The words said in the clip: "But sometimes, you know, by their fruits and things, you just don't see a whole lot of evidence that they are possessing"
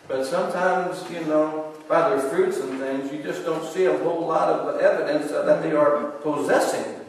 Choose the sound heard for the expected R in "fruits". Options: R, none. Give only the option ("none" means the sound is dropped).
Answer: R